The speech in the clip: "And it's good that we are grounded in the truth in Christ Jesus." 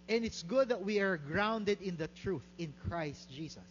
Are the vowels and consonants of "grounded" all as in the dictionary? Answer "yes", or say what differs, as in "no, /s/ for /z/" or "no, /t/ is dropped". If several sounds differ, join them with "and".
yes